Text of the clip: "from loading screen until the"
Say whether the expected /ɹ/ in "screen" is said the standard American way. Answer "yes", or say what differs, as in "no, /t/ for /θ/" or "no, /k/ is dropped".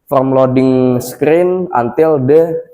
yes